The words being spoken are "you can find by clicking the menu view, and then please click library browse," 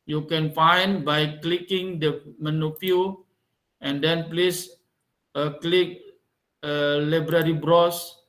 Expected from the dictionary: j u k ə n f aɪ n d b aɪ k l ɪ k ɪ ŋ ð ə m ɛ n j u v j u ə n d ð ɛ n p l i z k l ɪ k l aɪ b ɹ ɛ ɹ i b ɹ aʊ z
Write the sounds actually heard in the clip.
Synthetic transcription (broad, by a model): j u k ə n f aɪ n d b aɪ k l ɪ k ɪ ŋ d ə m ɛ n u p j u ə n d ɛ n p l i s k l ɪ k l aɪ b ɹ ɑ ɹ i b ɹ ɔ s